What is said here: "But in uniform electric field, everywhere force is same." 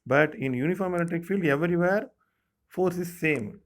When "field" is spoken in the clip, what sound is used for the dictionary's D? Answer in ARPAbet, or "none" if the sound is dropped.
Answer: D